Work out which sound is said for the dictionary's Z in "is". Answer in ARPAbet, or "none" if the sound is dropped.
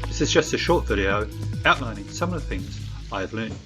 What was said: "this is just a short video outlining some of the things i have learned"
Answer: Z